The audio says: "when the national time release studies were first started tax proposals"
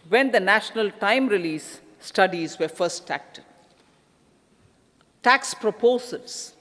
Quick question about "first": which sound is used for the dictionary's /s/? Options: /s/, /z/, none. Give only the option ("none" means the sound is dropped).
none